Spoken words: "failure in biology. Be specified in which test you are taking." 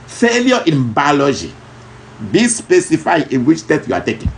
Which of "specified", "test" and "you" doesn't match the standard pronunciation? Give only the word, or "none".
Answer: test